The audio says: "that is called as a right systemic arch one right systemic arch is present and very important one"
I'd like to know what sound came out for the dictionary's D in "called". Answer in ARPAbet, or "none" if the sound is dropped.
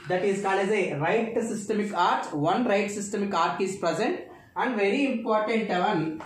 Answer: none